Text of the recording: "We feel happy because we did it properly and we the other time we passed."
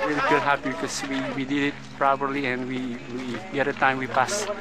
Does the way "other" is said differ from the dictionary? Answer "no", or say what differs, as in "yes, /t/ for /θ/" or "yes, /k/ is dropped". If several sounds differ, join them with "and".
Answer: yes, /ð/ is dropped